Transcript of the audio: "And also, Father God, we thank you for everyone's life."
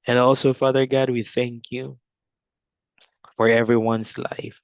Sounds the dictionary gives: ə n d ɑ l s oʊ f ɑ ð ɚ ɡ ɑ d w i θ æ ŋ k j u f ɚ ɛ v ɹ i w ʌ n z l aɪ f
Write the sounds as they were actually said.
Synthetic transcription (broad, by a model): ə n ɑ l s oʊ f ɑ ð ɚ ɡ ɑ d w i θ æ ŋ k j u f ɚ ɛ v ɹ i w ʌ n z l aɪ f